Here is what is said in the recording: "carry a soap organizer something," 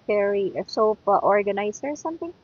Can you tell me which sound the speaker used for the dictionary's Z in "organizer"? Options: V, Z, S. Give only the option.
S